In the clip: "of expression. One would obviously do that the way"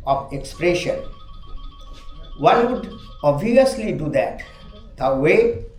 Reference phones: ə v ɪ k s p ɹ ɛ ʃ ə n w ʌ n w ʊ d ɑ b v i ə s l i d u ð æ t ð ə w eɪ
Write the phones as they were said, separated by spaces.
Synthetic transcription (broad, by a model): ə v ɪ k s p ɹ ɛ ʃ ə n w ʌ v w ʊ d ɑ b i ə s l i d u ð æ t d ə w eɪ